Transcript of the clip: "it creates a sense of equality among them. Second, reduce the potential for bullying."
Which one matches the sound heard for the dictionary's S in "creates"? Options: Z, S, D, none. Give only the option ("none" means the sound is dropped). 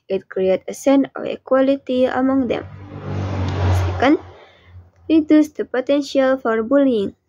none